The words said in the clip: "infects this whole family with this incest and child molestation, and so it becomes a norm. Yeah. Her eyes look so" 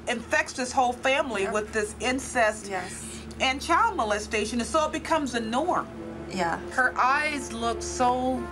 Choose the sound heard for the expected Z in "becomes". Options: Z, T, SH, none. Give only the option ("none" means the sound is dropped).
Z